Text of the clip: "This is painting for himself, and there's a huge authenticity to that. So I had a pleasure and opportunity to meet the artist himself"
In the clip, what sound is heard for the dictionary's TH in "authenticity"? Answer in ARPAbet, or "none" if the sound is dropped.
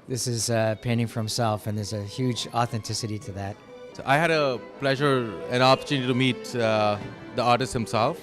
TH